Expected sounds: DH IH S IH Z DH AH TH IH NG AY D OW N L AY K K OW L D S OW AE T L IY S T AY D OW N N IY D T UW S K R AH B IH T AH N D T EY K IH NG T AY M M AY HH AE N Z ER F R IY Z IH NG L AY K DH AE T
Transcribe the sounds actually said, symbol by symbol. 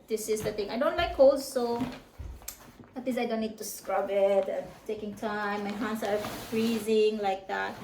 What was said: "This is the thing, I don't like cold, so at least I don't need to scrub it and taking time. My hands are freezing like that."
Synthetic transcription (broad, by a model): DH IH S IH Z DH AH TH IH NG AY D OW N L AY K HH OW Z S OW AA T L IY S AY D OW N N IY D T UW S K R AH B IH T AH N T EY K IH NG T AY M M AY HH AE N S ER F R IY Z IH NG L AY K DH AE T